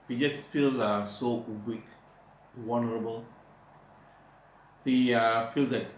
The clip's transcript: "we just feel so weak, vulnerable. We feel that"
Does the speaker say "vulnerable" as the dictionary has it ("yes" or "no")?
no